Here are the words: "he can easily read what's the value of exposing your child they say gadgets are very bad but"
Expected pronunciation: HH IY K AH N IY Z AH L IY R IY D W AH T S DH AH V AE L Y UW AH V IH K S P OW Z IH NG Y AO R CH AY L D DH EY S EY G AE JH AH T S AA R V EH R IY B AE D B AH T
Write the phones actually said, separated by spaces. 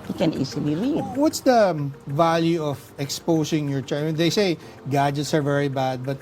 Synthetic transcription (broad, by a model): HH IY K AH N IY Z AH L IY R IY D W AH T S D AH V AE L Y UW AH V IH K S P OW S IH NG Y AO R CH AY N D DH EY S EY G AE JH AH T S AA R V EH R IY B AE D B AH T